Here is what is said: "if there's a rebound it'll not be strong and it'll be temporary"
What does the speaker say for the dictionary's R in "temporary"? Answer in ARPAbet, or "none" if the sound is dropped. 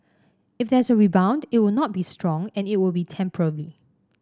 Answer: L